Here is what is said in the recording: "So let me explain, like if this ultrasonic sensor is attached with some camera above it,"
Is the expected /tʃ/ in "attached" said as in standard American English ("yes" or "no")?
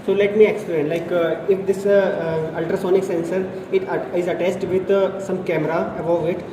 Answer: no